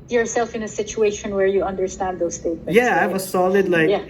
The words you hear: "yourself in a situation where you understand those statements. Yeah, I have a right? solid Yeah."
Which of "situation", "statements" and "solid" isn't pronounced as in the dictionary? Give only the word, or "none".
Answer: statements